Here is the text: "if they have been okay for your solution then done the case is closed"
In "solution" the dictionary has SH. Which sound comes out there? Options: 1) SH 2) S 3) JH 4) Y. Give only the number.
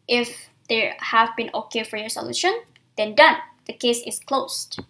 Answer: 1